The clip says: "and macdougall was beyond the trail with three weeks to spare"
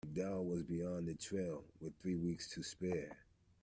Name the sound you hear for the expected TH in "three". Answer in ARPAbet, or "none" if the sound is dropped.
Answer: TH